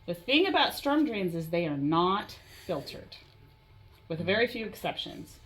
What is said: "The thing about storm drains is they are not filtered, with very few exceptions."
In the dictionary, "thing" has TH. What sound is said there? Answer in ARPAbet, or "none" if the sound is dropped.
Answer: TH